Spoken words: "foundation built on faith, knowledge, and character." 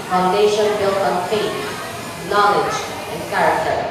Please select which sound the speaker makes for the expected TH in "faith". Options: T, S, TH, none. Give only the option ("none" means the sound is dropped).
T